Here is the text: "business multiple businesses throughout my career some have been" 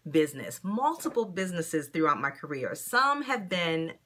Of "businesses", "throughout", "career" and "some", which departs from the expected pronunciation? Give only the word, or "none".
none